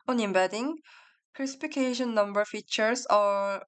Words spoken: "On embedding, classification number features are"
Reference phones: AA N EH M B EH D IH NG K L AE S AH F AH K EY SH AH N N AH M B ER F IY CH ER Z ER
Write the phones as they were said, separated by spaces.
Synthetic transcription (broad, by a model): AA N EH M B EH D IH NG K EH S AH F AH K EY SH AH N N AH M B ER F IY CH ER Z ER